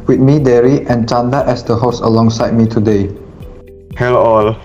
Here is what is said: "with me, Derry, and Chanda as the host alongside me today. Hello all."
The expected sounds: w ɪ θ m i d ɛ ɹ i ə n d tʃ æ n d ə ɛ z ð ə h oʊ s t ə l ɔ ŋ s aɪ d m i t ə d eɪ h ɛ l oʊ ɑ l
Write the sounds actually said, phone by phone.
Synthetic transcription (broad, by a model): w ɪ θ m i d ɛ ɹ i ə n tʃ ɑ n d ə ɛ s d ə h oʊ s ə l ɔ ŋ s aɪ d m i t ə d eɪ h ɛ l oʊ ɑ l